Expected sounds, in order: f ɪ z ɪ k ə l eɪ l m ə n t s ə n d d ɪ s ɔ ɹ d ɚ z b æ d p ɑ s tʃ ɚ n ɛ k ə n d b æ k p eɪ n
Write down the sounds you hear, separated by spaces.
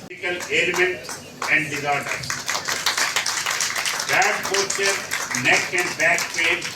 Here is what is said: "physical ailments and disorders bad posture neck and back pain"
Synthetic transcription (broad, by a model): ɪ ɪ k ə l eɪ l m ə n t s ə n d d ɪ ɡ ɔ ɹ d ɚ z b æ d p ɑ tʃ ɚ n ɛ k ə n d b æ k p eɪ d